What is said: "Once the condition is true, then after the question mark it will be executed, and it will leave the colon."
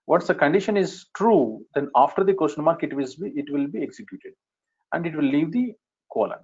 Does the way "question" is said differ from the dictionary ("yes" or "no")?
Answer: yes